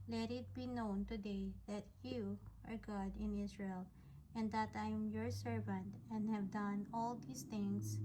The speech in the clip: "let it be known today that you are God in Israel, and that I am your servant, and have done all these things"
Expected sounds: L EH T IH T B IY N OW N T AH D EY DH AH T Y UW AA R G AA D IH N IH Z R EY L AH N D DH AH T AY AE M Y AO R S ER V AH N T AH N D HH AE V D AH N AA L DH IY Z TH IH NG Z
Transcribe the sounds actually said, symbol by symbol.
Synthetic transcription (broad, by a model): L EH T IH T B IY N OW N T AH D EY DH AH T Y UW AA R G AA D IH N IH S R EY L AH N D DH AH T AY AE M Y AO R S ER V AH N T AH N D HH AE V D AH N AA L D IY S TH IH NG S